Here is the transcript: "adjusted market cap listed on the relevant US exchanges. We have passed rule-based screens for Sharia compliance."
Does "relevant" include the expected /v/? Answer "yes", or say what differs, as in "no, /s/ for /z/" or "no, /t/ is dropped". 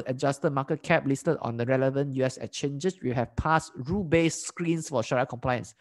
yes